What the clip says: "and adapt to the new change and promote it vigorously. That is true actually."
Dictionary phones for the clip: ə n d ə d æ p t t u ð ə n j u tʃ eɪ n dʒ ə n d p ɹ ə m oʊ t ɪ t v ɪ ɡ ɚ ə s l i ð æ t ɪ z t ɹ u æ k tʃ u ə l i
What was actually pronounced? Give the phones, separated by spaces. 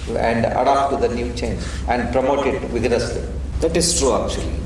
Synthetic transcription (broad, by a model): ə n d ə d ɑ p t t u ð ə n j u tʃ eɪ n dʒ ə n d p ɹ ə m oʊ t ɪ t v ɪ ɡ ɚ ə s l i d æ t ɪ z t ɹ u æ k tʃ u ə l i